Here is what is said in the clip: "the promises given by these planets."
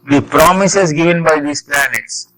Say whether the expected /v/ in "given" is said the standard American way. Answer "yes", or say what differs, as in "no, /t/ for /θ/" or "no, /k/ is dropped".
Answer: yes